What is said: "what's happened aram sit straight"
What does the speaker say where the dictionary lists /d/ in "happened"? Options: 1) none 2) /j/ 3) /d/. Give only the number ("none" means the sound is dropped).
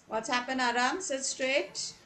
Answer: 1